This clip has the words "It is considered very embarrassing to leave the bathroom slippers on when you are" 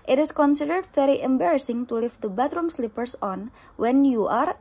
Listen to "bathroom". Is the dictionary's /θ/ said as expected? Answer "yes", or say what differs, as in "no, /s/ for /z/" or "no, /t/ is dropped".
no, /t/ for /θ/